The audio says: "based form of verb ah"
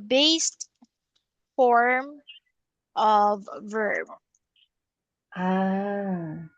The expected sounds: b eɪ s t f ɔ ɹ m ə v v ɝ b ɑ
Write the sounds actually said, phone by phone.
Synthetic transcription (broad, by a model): b eɪ s t f ɔ ɹ m ə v v ɝ b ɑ